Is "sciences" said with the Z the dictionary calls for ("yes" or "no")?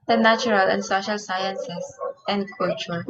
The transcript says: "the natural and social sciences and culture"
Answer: no